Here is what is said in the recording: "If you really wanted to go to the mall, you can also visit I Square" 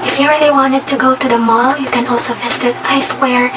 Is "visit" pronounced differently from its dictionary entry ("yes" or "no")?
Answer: yes